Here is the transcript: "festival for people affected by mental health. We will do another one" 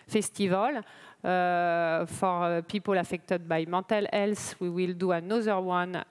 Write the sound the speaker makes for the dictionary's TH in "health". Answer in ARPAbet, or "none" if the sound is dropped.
S